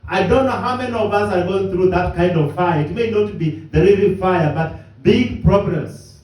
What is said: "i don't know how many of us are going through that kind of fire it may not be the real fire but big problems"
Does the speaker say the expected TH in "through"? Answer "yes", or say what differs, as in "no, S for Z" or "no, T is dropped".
yes